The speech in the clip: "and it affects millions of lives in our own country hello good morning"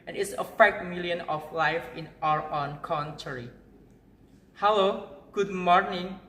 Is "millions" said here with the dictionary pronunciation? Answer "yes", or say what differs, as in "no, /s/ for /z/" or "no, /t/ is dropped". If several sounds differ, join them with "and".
no, /z/ is dropped